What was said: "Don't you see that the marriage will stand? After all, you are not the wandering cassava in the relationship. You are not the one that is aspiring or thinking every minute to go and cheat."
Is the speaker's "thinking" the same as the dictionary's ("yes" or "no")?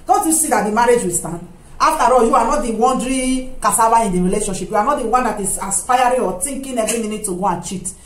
no